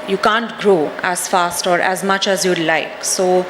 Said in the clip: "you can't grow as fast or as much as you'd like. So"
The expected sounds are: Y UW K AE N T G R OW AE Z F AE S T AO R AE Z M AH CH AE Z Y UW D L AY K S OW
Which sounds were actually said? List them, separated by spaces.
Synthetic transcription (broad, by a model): Y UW K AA N T G R OW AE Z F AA S T AO R AE Z M AH CH AE Z Y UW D L AY K S OW